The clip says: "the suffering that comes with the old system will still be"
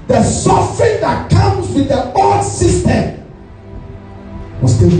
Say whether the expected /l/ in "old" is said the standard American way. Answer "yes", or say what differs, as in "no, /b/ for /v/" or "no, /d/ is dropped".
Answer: no, /l/ is dropped